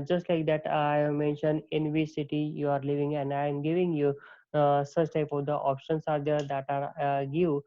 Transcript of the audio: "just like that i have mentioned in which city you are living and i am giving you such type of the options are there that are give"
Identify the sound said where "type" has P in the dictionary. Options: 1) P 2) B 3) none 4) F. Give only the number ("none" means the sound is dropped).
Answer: 1